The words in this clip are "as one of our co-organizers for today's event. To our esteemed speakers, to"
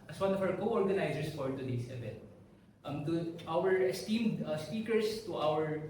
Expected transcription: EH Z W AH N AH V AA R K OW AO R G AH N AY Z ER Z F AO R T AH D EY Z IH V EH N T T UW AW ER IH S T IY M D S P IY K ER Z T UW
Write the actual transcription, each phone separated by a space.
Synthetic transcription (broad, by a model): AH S W AH N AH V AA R K OW AO R G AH N AY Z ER S F AO R T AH D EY S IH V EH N T T UW AW ER IH S T IY M D S P IY K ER S T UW